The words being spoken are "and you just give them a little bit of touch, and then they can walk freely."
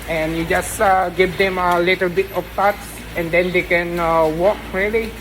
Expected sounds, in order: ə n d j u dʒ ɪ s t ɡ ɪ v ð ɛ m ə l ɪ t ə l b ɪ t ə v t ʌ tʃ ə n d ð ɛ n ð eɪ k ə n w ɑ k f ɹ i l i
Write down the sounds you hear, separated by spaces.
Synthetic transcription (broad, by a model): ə n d j u dʒ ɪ s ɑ ɡ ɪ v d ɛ m ə l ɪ t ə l b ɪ t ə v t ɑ s ə n d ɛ n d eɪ k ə n w ɑ k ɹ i l i